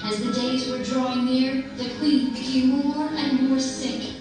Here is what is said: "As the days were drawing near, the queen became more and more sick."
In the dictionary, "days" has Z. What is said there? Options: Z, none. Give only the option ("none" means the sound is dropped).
Z